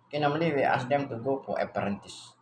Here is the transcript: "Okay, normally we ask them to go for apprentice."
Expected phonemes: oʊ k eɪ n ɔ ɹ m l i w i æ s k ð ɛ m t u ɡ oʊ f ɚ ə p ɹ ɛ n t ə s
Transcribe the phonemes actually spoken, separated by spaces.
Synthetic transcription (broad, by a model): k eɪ n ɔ m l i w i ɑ s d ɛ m t u ɡ oʊ p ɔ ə p ɹ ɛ n t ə s